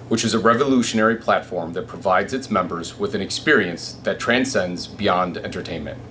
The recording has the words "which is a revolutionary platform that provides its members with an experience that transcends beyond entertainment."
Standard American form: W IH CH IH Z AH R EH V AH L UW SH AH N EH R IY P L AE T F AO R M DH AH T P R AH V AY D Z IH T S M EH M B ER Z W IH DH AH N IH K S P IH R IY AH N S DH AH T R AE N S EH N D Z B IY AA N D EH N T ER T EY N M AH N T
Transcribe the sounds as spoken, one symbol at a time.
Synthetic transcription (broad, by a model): W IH CH IH Z AH R EH V AH L UW SH AH N EH R IY P L AE T F AO R M DH AH T P R AH V AY D Z IH T S M EH M B ER Z W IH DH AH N IH K S P IH R IY AH N S DH AH T R AE N S EH N D Z B IY AA N D EH N T ER T EY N M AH N T